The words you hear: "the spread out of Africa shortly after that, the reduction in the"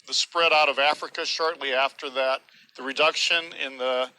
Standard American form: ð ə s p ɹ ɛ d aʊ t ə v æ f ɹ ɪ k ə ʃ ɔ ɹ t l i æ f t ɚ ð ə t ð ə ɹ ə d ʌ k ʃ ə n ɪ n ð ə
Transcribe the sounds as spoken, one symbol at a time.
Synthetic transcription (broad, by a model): ð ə s p ɹ ɛ d aʊ t ə v æ f ɹ ɪ k ə ʃ ɔ ɹ t l i æ f t ɚ ð ə t ð ə ɹ ə d ʌ k ʃ ə n ɪ n ð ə